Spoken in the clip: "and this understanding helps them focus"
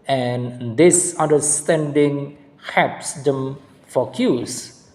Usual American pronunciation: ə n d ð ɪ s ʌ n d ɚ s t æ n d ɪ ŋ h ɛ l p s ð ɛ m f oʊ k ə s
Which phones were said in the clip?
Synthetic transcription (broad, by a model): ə n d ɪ s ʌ n d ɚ s t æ n d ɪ ŋ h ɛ p s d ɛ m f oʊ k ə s